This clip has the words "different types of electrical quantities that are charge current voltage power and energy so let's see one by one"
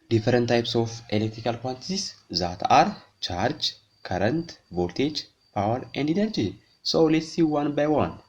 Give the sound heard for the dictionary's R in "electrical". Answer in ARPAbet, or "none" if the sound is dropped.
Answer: R